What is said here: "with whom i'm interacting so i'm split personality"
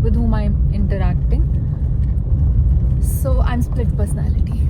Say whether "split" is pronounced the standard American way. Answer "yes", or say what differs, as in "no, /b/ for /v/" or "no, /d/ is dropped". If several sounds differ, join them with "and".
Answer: yes